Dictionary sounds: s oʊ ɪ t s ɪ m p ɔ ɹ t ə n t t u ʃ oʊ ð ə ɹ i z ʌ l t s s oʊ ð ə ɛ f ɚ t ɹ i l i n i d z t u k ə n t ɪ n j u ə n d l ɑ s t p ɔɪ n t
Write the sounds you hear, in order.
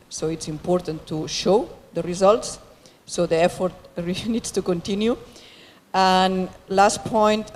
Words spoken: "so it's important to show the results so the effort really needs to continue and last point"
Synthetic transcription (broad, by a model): s oʊ ɪ t s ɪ m p ɔ ɹ t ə n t t u ʃ oʊ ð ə ɹ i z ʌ l t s s oʊ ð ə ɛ f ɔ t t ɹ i n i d s t u k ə n t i n j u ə n l ɑ s t p ɔɪ n t